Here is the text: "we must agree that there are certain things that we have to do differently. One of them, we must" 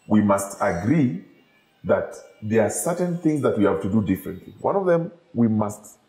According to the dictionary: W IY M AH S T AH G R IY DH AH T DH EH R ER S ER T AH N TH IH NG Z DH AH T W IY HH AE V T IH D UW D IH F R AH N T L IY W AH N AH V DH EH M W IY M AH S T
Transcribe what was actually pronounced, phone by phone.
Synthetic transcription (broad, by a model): W IY M AH S T AH G R IY DH AH T DH EH R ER S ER T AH N TH IH NG Z DH AH T W IY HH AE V T IH D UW D IH F R AH N T L IY W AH N AH V DH EH M W IY M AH S T